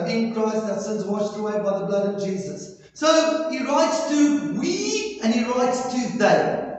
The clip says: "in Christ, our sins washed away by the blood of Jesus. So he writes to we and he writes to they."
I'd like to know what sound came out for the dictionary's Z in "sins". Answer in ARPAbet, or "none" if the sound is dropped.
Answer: Z